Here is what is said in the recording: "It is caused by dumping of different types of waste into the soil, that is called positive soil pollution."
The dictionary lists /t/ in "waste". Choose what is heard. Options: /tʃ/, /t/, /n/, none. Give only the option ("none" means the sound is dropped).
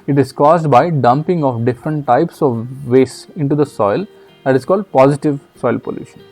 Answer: none